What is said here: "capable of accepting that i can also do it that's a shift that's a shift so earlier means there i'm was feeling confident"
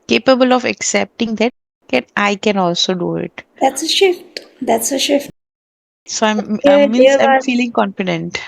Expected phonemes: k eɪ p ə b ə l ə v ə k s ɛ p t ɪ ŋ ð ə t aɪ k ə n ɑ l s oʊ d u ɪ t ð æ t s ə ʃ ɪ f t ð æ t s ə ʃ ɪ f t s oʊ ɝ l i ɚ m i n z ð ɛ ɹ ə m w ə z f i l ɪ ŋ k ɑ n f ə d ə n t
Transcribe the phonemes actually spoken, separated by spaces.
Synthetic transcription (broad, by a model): k eɪ p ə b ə l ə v ə k s ɛ p t ɪ ŋ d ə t aɪ k ə n ɑ l s oʊ d u ɪ t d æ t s ə ʃ ɪ f t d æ t s ə ʃ ɪ f t s oʊ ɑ i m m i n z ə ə f i l ɪ ŋ k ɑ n f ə d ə n t